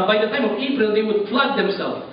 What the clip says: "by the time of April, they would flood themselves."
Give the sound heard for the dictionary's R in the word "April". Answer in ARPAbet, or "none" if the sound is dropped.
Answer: none